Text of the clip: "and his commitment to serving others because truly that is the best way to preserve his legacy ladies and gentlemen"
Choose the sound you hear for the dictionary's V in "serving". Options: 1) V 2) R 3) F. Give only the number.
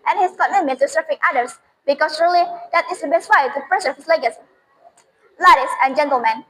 3